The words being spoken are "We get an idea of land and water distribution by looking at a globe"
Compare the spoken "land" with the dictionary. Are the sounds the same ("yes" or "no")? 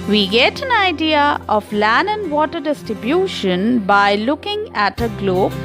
no